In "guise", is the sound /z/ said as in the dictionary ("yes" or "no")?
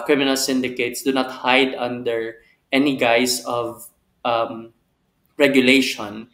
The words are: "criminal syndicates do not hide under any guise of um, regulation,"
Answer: no